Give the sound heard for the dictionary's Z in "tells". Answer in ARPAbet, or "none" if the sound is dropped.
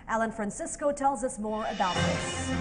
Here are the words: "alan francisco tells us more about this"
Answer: Z